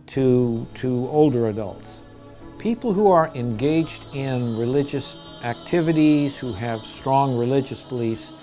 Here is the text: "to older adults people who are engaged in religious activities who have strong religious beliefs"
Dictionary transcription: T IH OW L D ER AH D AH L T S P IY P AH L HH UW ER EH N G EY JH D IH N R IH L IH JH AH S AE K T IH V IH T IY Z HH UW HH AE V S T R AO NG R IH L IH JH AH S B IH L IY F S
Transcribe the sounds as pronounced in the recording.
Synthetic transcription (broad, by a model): T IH OW L D ER AH D AH L T S P IY P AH L HH UW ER EH N G EY JH D IH N R IH L IH JH AH S AE K T IH V IH T IY Z HH UW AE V S T R AO NG R IH L IH JH AH S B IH L IY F S